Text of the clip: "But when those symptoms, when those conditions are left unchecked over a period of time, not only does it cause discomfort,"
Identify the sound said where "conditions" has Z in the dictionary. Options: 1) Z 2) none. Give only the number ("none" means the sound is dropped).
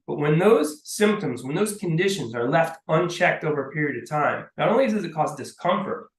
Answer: 1